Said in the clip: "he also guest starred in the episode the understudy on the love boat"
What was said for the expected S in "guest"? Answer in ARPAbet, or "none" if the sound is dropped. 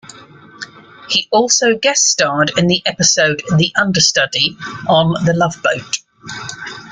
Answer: none